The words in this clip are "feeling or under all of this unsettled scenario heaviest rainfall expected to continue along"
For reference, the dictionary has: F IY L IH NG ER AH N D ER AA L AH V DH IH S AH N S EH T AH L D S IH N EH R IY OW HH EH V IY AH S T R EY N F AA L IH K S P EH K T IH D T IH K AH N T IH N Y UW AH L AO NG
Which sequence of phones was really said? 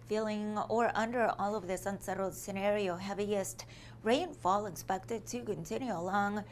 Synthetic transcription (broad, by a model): F IY L IH NG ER AH N D ER AA L AH V DH IH S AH N S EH T L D S IH N EH R IY OW HH EH V IY AH S T R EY N F AA L IH K S P EH K T IH D T IH K AH N T IH N Y UW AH L AO NG